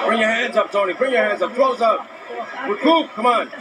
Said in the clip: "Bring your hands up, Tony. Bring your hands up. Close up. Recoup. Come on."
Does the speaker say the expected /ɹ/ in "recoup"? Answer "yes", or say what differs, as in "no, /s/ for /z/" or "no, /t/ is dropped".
no, /w/ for /ɹ/